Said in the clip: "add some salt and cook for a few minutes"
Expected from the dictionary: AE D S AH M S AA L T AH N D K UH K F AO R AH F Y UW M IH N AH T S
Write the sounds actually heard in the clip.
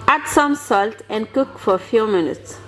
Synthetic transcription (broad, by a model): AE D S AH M S AA L T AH N K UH K F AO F AH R M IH N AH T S